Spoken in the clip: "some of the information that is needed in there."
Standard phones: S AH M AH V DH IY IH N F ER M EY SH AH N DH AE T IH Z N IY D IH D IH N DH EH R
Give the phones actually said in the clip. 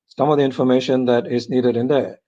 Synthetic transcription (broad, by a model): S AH M AH V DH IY IH N F ER M EY SH AH N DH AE T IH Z N IY D IH D IH N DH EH